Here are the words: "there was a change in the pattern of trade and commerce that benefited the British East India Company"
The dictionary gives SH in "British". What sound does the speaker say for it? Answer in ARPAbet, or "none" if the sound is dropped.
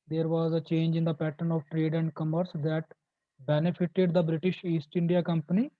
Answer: SH